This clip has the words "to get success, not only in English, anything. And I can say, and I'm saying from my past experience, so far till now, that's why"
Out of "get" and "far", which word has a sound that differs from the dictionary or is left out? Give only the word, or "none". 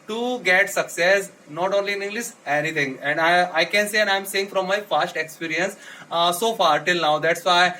none